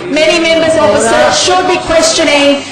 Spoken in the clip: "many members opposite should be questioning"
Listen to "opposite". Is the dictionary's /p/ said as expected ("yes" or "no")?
no